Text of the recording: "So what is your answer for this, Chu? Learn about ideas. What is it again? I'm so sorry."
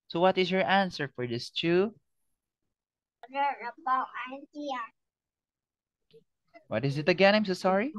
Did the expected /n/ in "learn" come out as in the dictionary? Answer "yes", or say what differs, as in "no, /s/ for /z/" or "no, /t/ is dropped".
no, /n/ is dropped